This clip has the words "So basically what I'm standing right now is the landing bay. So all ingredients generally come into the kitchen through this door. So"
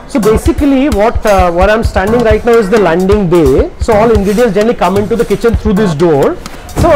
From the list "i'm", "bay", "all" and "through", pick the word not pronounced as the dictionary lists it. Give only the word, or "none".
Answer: through